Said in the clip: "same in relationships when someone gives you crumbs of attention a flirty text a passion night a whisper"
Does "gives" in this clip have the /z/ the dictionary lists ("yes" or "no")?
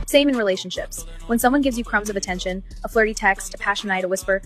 yes